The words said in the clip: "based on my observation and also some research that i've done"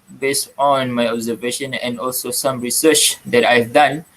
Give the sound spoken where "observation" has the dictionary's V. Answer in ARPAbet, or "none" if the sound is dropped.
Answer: V